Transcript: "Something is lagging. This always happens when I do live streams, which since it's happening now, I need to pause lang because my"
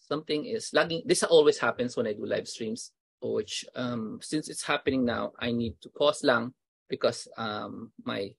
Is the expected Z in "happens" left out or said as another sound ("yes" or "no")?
yes